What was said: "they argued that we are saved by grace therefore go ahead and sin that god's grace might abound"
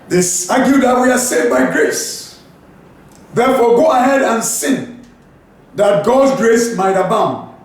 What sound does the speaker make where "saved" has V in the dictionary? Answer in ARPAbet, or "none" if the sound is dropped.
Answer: none